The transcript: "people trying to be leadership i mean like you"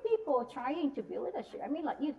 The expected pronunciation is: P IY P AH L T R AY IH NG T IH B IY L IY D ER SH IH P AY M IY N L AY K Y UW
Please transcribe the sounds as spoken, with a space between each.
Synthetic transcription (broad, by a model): P IY P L T R AY IH NG T IH B IY W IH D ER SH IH AY M IY N L AY K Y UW